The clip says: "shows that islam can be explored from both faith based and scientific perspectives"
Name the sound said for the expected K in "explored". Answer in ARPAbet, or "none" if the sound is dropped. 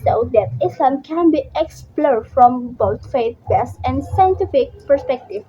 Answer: K